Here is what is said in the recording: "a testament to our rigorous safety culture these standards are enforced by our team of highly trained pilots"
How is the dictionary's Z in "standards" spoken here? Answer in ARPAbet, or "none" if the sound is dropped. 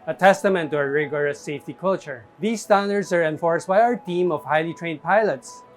S